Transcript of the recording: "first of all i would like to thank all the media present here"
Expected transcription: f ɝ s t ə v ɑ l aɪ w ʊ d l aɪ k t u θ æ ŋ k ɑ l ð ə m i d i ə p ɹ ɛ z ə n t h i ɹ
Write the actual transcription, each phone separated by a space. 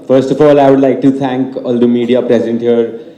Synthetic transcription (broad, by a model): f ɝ s t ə f ɑ l aɪ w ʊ d l aɪ k t u t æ ŋ k ɑ l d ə m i d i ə p ɹ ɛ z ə n t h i ɹ